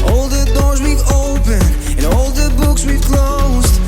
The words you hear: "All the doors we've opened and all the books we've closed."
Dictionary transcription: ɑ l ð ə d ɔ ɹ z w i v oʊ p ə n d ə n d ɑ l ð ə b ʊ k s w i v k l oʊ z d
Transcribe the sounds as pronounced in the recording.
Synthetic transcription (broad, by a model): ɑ l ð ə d ɔ ɹ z w i v oʊ p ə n ə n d ɑ l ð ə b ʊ k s w i v k l oʊ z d